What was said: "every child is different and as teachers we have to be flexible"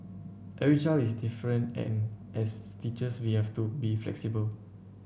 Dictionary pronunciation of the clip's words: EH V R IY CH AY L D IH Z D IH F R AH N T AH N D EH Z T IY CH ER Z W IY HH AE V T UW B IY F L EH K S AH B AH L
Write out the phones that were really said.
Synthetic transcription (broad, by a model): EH R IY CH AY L IH S D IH F R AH N T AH N EH S T IY CH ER S W IY HH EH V T UW B IY F L EH K S AH B AH L